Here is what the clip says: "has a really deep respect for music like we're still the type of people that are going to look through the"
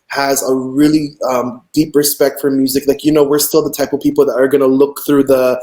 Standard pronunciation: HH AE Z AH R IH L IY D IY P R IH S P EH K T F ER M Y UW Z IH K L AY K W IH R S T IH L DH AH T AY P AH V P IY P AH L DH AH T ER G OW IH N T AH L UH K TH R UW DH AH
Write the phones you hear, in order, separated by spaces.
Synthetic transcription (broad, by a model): HH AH Z AH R IH L IY D IY P R IH S P EH K T F ER M Y UW Z IH K L AY K W IH R S T IH L DH AH T AY P AH V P IY P L DH AH T ER G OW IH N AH L UH K TH R UW DH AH